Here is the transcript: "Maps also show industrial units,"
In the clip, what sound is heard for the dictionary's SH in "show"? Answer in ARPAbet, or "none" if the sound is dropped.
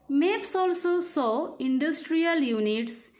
S